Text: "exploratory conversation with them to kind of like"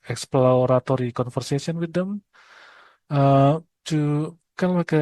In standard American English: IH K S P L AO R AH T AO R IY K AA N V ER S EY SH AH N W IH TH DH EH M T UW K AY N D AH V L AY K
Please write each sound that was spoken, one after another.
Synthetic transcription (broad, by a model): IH K S P L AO R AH T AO R IY K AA N F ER S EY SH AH N W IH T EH M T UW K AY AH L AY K